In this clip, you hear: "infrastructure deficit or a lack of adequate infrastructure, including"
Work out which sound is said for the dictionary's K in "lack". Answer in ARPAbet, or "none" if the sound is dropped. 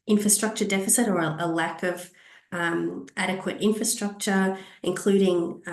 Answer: K